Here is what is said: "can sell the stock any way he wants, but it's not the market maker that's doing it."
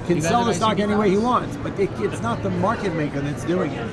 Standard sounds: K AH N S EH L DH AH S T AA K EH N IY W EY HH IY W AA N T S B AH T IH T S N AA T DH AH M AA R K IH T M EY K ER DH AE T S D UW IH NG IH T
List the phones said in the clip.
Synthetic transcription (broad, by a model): K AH N S EH L DH AH S T AA K EH N IY W EY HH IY W AA N T S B AH T IH T S N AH T DH AH M AA R K IH T M EY K ER DH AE T S D UW IH NG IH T